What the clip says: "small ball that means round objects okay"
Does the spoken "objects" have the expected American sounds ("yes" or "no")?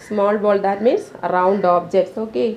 no